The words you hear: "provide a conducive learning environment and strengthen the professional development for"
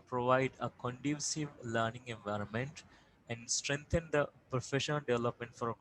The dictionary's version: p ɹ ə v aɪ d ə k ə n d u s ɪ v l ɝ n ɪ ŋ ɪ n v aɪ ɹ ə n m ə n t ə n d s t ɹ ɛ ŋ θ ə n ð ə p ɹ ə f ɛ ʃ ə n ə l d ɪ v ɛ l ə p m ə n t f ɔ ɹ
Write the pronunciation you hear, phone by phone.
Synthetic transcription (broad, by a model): p ɹ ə v aɪ d ə k ə n d u s ɪ v l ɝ n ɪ ŋ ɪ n v aɪ ɹ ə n m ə n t ə n d s t ɹ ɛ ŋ t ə n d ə p ɹ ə f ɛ ʃ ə n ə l d ɪ v ɛ l ə p m ə n t f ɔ ɹ